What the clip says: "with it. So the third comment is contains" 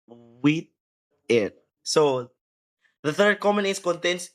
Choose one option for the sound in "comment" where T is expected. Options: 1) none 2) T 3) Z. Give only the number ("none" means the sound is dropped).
1